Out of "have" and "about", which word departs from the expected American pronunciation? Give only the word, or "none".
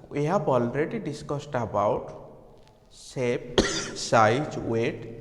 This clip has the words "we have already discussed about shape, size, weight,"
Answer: have